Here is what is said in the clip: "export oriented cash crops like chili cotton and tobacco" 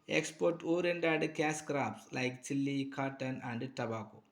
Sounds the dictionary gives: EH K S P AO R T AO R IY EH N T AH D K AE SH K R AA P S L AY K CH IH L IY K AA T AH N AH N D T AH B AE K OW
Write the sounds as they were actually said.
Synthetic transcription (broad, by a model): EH K S P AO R T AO R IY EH N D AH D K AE S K R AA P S L AY K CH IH L IY K AA T AH N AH N D T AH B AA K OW